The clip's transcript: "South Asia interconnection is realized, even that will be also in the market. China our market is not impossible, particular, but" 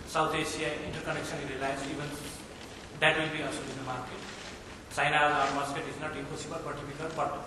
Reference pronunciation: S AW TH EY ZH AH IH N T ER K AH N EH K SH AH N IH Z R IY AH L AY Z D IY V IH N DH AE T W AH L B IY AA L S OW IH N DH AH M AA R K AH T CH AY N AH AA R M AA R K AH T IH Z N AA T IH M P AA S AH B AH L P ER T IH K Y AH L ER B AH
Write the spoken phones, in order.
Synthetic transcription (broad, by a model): S AW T EY SH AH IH N T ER K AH N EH K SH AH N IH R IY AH L AY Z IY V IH N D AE T W AH L B IY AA S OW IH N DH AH M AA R K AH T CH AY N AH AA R M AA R K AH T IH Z N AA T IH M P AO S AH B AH L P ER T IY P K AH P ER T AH